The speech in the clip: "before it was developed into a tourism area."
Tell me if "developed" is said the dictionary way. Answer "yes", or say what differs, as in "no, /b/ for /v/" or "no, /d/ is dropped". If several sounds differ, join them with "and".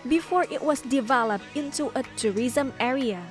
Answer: yes